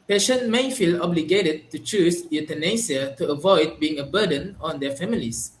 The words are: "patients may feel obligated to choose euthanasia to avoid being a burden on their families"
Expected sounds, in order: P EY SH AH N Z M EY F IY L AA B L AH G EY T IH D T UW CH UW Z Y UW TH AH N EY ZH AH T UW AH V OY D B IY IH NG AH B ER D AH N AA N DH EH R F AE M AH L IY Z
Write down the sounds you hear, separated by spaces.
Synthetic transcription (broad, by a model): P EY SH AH N M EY F IY L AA B L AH G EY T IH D T UW CH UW S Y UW T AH N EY S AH T UW AH V OY D B IY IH NG AH B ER D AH N AA N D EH F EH M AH L IY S